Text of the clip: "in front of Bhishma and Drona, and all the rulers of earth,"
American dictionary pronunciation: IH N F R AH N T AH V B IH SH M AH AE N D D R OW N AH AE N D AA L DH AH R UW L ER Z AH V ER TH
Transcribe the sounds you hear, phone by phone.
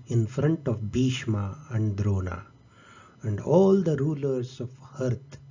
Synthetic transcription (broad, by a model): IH N F R AH N T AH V B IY SH M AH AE N D D R OW N AH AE N D AA L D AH R UW L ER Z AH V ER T